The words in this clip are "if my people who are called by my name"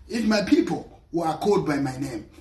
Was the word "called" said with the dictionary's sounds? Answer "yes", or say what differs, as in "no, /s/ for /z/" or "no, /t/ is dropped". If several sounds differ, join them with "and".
no, /l/ is dropped